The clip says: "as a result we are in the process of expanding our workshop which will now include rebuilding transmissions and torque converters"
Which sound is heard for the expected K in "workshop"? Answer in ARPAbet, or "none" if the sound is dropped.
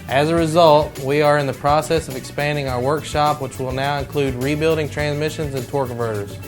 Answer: K